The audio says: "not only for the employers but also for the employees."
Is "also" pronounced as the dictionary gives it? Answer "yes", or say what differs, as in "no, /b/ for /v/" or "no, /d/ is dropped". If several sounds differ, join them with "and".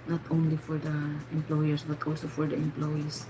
yes